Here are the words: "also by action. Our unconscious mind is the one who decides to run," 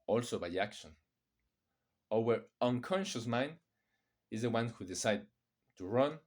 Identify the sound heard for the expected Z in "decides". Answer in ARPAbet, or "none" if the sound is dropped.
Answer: none